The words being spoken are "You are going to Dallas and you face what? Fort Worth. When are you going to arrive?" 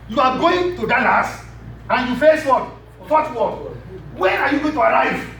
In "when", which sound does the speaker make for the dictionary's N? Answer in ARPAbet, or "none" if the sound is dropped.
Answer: none